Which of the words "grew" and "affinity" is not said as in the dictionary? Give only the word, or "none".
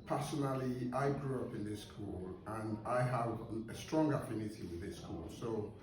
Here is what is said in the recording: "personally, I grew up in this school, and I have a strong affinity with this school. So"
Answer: none